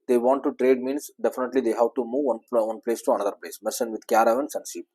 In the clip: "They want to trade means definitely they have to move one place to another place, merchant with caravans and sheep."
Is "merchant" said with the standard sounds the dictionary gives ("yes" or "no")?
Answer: no